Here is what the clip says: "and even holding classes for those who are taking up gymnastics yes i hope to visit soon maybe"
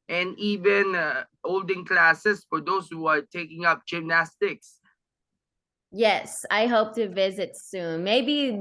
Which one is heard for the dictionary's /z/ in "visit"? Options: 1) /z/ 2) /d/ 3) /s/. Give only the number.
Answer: 1